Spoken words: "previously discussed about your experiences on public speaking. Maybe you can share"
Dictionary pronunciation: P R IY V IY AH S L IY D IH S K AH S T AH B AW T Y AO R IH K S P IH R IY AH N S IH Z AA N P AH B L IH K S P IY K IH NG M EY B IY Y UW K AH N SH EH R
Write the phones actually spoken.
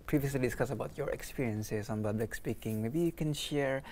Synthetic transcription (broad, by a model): P R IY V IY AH S L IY D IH S K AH S AH B AW T Y AO R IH K S P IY R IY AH N S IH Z AA N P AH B L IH K S P IY K IH NG M EY B IY Y UW K AH N SH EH R